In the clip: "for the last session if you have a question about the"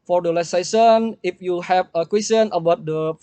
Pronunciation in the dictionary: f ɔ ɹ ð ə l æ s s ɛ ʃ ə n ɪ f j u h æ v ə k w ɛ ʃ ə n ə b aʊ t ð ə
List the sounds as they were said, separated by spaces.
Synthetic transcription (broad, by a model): f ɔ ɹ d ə l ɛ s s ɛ s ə n ɪ f j u h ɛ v ə k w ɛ s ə n ə b aʊ t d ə